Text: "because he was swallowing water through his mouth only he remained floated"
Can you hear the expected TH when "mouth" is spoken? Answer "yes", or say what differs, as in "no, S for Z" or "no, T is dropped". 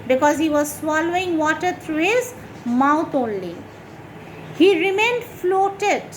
no, T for TH